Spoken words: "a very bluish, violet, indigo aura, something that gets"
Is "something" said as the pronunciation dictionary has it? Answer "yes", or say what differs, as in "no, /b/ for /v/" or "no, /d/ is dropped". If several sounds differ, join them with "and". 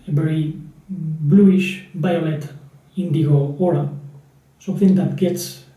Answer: no, /m/ is dropped